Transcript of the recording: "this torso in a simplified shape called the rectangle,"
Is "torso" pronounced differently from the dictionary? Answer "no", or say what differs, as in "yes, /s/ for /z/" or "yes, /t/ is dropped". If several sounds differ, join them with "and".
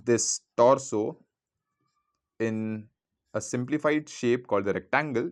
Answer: no